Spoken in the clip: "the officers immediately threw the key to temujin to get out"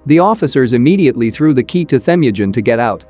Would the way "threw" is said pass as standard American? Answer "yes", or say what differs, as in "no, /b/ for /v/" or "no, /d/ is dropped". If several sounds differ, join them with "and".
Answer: yes